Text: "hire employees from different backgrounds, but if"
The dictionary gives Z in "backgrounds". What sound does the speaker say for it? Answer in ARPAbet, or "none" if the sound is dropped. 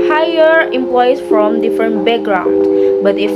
none